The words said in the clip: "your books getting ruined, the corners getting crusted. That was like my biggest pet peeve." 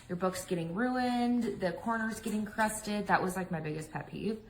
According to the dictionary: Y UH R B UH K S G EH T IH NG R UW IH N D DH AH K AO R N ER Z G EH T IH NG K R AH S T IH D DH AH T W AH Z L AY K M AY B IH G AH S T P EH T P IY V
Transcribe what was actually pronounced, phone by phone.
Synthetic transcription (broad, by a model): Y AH R B UH K S G EH T IH NG R UW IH N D DH AH K AO R N ER Z G EH T IH NG K R AH S T IH D DH AH T W AH Z L AY K M AY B IH G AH S P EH P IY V